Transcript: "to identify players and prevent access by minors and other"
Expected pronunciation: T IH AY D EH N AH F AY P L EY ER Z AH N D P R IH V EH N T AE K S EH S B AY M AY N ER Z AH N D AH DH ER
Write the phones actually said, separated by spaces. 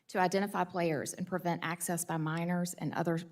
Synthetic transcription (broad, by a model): T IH AY D EH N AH F AY P L EY ER Z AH N P R IH V EH N T AE K S EH S B AY M AY N ER Z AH N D AH DH ER